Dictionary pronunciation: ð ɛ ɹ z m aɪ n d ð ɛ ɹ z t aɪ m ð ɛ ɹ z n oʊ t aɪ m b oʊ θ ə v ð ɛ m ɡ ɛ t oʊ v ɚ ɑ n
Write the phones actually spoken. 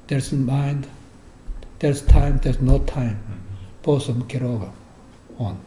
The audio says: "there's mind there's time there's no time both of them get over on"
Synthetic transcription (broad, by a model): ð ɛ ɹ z m aɪ n d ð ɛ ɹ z t aɪ m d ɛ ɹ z n oʊ t aɪ m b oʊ s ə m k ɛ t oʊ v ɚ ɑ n